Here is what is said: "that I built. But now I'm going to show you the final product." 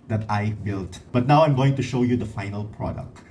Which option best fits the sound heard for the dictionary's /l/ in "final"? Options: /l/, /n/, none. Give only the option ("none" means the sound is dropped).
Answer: /l/